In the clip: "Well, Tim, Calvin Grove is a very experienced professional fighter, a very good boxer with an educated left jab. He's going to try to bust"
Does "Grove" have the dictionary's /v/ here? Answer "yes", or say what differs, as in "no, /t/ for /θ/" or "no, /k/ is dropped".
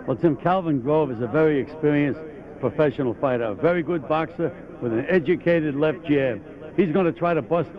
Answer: yes